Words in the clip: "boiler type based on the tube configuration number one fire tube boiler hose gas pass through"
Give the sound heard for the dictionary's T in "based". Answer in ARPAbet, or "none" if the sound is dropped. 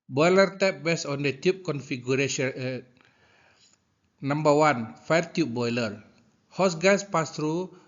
none